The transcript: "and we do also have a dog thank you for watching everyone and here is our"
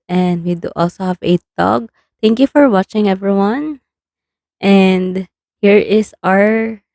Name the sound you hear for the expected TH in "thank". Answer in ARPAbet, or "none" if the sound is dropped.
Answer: T